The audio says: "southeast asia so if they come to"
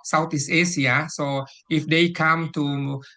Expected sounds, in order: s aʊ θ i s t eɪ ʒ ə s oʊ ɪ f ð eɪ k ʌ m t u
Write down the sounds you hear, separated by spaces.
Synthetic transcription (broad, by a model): s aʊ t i s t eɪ s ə s oʊ ɪ f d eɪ k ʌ m t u